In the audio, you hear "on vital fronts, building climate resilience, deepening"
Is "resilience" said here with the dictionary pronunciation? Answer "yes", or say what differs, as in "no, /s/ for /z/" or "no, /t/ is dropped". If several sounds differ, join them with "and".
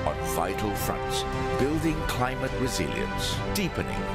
yes